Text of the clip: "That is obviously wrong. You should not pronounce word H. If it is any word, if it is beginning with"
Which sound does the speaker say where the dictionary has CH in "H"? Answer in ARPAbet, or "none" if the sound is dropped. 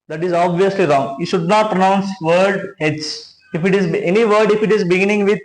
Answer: S